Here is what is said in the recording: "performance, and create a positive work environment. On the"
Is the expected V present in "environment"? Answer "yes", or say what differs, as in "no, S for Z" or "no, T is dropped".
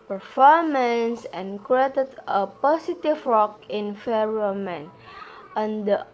no, F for V